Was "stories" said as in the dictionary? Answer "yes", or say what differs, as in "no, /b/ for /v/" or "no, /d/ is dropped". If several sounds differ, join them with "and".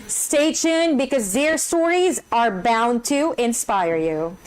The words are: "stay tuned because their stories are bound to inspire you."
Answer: yes